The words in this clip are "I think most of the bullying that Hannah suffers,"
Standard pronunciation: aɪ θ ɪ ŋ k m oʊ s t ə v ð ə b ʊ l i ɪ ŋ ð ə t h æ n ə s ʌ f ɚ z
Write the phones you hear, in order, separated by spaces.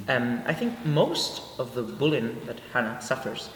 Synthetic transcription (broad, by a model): aɪ θ ɪ ŋ k m oʊ s t ə v ð ə b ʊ l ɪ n ð ə t h æ n ə s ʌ f ɚ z